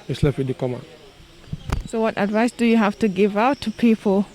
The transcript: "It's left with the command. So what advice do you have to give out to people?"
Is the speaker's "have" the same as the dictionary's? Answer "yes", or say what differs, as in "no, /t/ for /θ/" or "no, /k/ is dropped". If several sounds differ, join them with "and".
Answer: no, /f/ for /v/